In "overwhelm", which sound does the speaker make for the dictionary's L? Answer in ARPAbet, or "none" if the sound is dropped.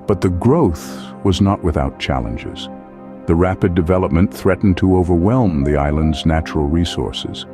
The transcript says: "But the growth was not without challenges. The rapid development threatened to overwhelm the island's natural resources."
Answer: L